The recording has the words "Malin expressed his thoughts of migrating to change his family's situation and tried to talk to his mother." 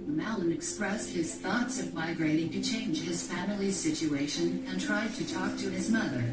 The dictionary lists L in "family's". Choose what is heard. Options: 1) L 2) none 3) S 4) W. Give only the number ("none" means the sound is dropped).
1